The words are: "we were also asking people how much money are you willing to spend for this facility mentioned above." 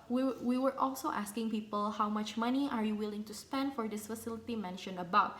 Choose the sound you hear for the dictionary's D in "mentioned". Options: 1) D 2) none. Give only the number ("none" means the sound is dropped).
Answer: 2